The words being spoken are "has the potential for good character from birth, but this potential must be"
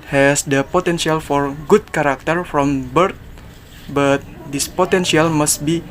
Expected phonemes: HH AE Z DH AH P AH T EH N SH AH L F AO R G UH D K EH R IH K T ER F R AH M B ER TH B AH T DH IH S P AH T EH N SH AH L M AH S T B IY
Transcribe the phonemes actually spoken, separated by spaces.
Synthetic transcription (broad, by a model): HH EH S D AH P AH T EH N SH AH L F AO R G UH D K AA R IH K T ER F R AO M B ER T B AH T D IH S P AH T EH N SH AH L M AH S T B IY